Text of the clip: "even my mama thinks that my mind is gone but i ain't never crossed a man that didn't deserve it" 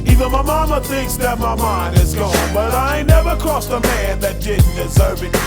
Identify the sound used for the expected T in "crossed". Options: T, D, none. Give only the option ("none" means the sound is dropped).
none